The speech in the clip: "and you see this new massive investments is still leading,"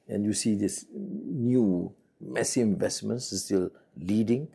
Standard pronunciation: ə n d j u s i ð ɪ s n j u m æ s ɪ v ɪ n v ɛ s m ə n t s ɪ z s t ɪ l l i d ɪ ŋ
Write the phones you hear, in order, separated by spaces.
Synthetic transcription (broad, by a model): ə n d j u s i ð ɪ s n j u m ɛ s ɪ ɪ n v ɛ s m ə n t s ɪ s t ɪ l l i d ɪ ŋ